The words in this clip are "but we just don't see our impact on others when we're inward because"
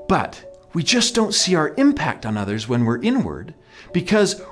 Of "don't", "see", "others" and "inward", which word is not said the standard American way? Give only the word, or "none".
none